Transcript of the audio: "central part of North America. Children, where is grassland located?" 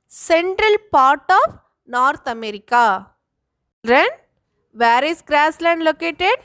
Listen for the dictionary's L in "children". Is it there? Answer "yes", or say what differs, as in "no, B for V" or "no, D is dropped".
no, N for L